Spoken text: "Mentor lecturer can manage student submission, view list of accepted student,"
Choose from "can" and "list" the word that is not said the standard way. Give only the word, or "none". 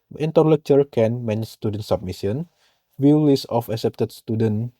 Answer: list